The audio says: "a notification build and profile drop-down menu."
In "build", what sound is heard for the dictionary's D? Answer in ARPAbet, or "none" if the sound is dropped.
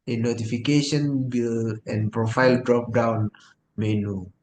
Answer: none